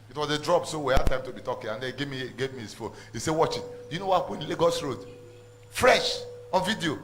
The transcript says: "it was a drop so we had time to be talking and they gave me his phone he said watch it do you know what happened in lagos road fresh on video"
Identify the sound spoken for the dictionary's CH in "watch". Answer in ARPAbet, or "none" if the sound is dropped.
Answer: CH